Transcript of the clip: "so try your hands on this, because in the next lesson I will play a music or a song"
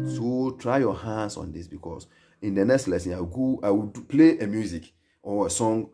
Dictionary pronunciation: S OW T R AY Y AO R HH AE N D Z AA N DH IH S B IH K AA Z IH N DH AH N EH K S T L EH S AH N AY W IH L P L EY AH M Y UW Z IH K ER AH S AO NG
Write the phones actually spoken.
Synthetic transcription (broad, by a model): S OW T R AY Y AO HH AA N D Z AA N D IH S B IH K AA S IH N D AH N EH K S T L EH S AH N AY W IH W P L EY AH M Y UW Z IH K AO AH S AO NG